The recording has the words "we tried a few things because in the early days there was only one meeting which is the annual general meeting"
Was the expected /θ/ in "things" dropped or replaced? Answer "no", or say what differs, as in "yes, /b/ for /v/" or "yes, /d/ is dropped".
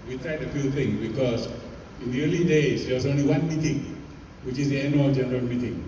yes, /t/ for /θ/